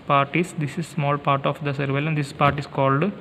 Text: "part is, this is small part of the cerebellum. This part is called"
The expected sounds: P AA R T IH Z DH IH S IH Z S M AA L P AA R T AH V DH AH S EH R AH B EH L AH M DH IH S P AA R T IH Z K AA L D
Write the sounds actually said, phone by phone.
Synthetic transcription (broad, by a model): P AA R T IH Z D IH S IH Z S M AA L P AA R T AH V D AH S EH R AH IH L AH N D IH S P AA R T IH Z K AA L D